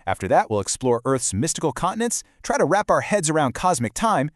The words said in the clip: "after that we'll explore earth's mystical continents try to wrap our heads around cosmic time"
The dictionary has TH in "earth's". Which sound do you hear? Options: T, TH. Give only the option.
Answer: TH